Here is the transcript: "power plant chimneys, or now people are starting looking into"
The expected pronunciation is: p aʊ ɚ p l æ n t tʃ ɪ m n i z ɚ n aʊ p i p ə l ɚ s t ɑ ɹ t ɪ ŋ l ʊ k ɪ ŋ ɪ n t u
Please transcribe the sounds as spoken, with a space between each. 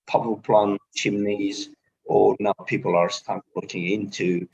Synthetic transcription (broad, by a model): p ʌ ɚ p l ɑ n tʃ ɪ m n i z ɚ n aʊ p i p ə l ɚ s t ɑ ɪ l ʊ k ɪ ŋ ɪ n t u